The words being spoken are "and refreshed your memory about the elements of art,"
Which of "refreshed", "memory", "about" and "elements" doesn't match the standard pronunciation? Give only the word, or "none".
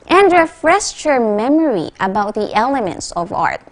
refreshed